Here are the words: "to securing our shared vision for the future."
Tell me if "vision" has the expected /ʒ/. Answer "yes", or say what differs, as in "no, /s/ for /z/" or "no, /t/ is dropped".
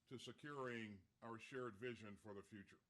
yes